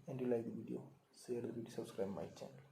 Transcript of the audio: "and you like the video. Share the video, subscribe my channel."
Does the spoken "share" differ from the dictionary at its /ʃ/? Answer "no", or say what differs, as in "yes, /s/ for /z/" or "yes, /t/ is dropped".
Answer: yes, /s/ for /ʃ/